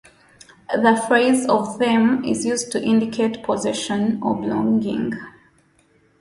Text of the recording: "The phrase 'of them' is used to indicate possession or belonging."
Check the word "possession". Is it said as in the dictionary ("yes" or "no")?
yes